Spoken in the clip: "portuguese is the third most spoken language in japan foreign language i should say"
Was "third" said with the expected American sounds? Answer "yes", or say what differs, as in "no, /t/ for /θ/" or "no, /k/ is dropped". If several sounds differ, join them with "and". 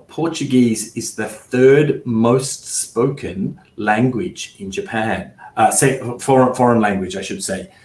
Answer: yes